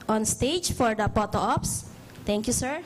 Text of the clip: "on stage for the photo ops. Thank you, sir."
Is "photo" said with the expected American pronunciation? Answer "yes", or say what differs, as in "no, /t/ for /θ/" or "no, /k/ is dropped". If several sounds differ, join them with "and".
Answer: no, /p/ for /f/